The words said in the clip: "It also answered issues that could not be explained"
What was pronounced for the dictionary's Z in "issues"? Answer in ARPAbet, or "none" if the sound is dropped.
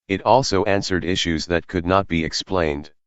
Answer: Z